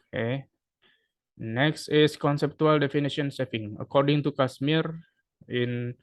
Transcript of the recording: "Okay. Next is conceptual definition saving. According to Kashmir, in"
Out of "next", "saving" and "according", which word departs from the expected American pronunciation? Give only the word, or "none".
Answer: saving